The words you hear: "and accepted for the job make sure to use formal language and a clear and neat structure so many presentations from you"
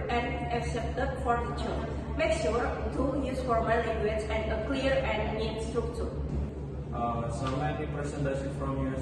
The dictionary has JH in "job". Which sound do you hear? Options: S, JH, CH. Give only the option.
CH